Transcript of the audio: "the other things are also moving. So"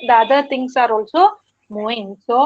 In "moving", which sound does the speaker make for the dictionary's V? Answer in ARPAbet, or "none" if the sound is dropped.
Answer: none